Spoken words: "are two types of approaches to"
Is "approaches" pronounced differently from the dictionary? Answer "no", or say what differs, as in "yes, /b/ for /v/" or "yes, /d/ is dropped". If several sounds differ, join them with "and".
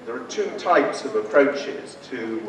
no